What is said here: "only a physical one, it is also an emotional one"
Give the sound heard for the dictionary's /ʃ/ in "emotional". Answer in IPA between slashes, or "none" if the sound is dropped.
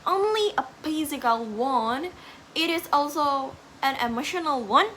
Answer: /ʃ/